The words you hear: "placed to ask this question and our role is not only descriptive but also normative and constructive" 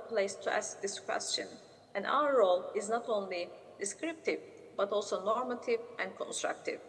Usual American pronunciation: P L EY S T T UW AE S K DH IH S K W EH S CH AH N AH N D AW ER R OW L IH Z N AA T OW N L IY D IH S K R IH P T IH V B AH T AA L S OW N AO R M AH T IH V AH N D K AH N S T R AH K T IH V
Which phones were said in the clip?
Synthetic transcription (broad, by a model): P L EY S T T UW AE S K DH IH S K W EH S CH AH N AH N D AW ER R OW L IH Z N AA T OW N L IY D IH S K R IH P T IH V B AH T AA L S OW N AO R M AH T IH V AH N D K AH N S T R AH K T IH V